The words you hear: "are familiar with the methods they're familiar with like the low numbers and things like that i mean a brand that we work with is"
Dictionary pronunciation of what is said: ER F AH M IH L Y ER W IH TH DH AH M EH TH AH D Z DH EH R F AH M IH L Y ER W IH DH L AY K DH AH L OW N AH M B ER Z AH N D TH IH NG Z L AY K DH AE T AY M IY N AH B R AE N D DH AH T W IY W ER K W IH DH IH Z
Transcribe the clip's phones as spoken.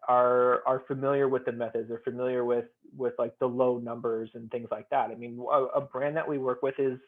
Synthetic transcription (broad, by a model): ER F AH M IH L Y ER W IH DH AH M EH TH AH D Z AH R F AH M IH L Y ER W IH DH L AY K DH AH L OW N AH M B ER Z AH N TH IH NG Z L AY K DH AE T AY M IY N AH B R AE N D DH AH T W IY W ER K W IH DH IH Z